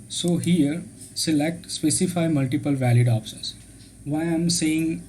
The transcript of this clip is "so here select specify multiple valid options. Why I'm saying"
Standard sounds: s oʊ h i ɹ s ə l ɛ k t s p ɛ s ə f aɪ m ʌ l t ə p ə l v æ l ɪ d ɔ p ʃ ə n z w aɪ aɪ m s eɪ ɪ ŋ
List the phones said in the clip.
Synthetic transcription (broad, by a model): s oʊ h i ɹ s ə l ɛ k t s p ɛ s ə f aɪ m ʌ l t ə p ə l v æ l ɪ d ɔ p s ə z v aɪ aɪ m s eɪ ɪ ŋ